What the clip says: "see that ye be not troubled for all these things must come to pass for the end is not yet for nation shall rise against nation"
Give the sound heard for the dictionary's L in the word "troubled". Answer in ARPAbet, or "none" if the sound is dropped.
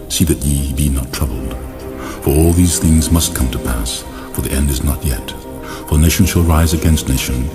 L